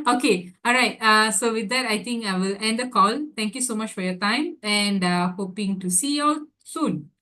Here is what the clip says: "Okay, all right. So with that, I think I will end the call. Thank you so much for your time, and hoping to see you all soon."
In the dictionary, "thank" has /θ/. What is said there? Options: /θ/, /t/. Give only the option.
/t/